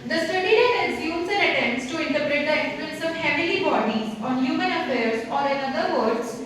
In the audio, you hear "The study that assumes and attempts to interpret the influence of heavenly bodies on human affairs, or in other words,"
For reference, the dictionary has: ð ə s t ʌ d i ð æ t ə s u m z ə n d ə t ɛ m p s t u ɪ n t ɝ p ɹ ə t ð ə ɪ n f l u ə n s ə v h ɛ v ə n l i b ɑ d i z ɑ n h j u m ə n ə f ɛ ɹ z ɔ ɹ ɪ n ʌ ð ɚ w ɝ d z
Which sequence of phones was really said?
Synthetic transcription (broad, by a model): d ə s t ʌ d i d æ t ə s u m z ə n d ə t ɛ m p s t u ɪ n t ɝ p ɹ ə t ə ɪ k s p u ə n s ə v h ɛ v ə l i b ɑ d i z ɑ n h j u m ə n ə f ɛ ɹ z ɔ ɹ ɪ n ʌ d ɚ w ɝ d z